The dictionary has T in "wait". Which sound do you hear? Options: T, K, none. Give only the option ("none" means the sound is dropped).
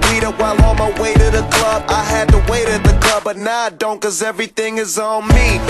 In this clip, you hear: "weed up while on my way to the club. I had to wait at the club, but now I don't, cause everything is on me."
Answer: T